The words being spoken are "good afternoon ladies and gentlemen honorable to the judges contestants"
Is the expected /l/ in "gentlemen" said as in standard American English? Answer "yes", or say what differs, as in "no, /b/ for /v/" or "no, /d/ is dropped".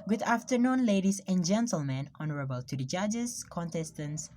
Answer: yes